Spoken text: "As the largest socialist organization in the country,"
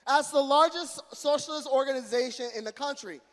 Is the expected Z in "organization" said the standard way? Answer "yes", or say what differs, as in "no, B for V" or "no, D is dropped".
yes